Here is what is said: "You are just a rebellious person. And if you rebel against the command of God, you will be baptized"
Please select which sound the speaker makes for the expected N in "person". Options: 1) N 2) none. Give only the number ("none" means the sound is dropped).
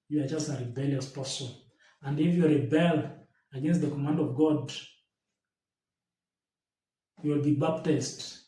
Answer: 2